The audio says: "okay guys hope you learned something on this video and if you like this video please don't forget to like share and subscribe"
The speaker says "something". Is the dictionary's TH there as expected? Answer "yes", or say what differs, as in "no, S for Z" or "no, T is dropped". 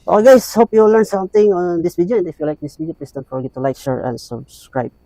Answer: no, T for TH